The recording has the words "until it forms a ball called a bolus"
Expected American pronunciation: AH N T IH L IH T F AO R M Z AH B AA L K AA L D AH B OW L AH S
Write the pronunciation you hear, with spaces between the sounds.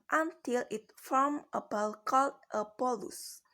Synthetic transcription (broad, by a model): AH N T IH L IH T F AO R M AH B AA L K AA L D AH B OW L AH S